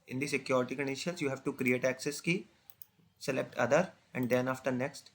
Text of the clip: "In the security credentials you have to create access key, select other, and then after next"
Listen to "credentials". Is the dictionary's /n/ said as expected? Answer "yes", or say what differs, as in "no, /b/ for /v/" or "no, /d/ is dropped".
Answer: no, /n/ is dropped